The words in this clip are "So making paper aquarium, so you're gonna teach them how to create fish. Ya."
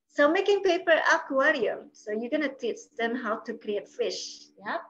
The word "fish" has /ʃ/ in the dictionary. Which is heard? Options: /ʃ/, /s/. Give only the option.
/ʃ/